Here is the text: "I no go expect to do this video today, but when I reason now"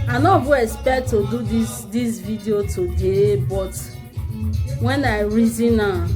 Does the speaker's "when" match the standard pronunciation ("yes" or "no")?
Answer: yes